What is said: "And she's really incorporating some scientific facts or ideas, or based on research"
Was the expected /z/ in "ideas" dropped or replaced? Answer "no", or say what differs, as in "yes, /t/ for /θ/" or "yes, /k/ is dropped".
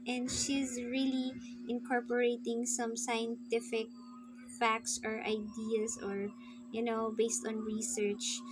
yes, /s/ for /z/